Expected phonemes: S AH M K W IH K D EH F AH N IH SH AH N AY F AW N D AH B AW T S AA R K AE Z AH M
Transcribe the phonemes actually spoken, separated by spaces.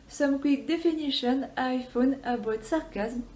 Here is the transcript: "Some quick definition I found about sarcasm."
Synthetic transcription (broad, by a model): S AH M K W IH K D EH F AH N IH SH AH N AY F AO N AH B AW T S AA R K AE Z M